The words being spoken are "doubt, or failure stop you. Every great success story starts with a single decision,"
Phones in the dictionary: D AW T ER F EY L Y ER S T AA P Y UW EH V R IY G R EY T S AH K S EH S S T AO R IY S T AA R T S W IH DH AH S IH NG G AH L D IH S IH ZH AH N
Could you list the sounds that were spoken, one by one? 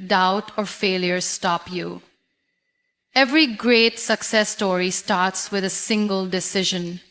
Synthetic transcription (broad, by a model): D AW T ER F EY L Y ER S T AA P Y UW EH V R IY G R EY T S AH K S EH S S T AO R IY S T AA R T S W IH DH AH S IH NG G AH L D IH S IH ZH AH N